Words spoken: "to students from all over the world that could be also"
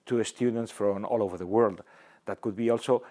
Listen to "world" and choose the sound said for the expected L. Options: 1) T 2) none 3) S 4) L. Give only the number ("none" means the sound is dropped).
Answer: 4